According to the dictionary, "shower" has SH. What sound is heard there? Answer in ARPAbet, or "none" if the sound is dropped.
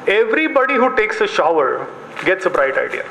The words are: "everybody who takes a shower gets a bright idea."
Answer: SH